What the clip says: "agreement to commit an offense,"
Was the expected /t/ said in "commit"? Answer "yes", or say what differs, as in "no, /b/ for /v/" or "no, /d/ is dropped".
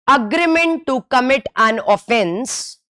yes